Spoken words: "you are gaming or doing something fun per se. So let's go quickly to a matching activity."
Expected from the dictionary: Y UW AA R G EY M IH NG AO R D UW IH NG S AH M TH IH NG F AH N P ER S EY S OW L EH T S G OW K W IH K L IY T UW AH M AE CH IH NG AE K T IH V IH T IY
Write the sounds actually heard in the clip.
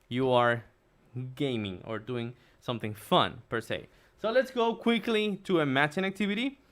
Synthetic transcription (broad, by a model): Y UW AA R G EY M IH NG AO R D UW IH NG S AH M TH IH NG F AH N P ER S EY S OW L EH T S G OW K W IH K L IY T UW AH M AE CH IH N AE K T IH V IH T IY